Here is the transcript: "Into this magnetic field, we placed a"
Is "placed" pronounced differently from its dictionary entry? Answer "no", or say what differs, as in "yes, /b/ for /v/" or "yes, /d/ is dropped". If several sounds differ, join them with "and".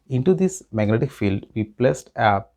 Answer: no